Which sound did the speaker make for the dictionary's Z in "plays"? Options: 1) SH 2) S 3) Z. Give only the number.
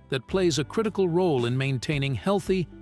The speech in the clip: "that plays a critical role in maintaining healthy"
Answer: 3